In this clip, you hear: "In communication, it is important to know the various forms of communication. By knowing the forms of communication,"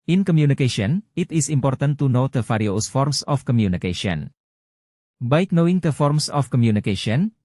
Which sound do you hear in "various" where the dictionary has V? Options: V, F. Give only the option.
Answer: F